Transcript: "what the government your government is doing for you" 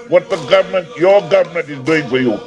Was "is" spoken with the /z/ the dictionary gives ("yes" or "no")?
yes